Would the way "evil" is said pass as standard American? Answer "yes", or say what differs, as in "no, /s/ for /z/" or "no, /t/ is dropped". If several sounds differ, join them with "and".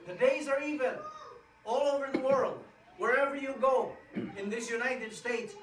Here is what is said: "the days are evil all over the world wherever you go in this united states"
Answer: no, /n/ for /l/